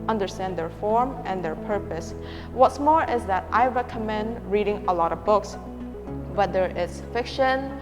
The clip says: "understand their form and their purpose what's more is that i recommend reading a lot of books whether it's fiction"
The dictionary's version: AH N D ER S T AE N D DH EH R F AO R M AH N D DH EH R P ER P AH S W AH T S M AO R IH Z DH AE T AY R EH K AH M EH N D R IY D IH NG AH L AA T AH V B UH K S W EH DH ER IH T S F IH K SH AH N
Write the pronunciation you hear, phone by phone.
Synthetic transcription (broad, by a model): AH N D ER S T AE N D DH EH R F AO R M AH N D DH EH R P ER P AH S W AH T S M AO R IH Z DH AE T AY R EH K AH M EH N D R IY D IH NG AH L AA T AH V B UH K S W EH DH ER IH T S F IH K SH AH N